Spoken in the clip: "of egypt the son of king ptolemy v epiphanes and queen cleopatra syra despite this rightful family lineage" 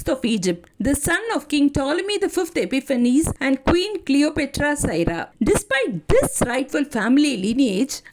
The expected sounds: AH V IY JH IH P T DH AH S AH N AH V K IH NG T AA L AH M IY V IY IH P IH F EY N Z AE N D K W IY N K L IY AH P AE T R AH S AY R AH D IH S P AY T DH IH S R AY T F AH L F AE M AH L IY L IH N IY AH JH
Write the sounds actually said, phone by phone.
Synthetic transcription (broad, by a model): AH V IY JH IH P T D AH S AH N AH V K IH NG T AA L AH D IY F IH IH P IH F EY N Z AE N D K W IY N K L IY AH P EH T R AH S AY R AH D IH S P AY T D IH S R AY T F AH L F AE M AH L IY L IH N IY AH JH